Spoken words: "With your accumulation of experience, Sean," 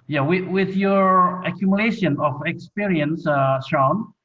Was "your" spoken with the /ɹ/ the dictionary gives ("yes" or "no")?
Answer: yes